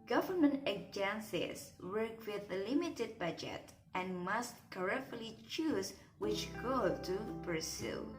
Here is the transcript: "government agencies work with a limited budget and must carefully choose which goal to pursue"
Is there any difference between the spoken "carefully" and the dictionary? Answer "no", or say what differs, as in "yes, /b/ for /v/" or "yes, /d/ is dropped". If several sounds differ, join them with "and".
yes, /f/ is dropped